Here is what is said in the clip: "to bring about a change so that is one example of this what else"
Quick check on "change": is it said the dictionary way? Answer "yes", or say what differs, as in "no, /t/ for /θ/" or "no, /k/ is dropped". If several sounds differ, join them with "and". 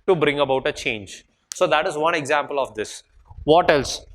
yes